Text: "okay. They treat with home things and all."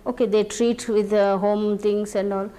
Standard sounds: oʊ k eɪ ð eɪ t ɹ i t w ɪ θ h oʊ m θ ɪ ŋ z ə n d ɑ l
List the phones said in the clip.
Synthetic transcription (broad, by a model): oʊ k eɪ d eɪ t ɹ i t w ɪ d h oʊ m t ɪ ŋ s ə n d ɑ l